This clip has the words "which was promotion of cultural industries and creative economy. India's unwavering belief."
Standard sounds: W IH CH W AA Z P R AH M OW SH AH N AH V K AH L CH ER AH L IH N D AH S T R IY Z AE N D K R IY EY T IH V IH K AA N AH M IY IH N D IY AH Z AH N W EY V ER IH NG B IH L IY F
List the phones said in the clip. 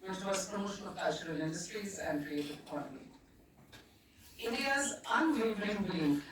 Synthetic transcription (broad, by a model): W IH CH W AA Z P R AH M OW SH AH N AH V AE CH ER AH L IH N D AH S T R IY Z AE N D K R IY EY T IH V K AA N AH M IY IH N D IY AH Z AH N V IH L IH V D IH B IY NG